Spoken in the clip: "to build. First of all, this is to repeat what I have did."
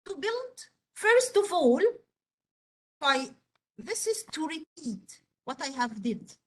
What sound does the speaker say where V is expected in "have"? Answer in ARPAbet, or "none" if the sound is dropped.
V